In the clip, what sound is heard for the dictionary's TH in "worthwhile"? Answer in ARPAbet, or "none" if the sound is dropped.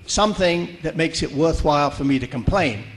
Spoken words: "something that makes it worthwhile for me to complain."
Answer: TH